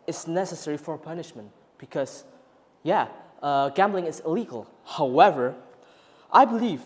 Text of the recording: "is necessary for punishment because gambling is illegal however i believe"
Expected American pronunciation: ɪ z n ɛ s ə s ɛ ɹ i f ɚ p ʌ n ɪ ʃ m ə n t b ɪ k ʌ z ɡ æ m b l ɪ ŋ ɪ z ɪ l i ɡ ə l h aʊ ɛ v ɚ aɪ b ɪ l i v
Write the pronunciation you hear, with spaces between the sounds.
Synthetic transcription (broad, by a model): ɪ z n ɛ s ə s ɛ ɹ i f ɚ p ʌ n ɪ ʃ m ə n t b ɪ k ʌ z ɡ æ m b l ɪ ŋ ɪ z ɪ l i ɡ ə l h aʊ ɛ v ɚ aɪ b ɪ l i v